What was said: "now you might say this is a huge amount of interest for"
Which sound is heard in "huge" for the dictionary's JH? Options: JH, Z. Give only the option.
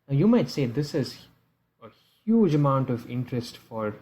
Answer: JH